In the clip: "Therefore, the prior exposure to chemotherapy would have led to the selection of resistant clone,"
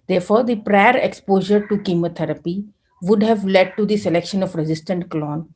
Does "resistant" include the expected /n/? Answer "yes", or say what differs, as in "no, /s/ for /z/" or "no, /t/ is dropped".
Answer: yes